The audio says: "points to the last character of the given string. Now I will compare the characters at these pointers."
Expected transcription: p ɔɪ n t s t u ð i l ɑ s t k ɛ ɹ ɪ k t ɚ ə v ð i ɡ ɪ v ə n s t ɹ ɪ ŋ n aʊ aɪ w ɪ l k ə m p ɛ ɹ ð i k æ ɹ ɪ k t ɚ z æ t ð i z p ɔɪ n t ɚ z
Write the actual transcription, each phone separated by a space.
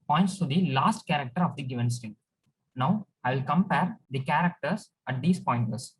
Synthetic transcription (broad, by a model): p ɔɪ n t s t u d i l ɑ s t k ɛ ɹ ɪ k t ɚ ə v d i ɡ ɪ v ə n s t ɪ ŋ n aʊ aɪ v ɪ l k ə m p ɛ ɹ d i k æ ɹ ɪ k t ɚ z æ t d i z p ɔɪ n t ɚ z